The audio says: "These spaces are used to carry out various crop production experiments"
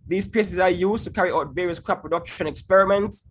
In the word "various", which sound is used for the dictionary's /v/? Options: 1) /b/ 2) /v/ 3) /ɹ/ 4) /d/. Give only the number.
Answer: 2